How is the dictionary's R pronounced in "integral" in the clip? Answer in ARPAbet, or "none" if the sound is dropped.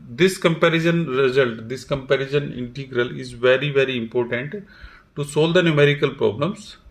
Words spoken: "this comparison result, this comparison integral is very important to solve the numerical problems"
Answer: R